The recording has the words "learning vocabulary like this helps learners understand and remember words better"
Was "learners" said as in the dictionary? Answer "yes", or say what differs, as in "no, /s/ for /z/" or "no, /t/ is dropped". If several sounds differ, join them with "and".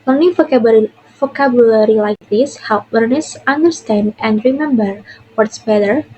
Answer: no, /s/ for /z/